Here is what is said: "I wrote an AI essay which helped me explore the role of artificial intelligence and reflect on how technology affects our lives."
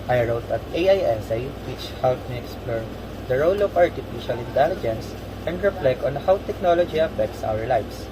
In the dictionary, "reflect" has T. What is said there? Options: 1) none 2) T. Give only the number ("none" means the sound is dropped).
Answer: 1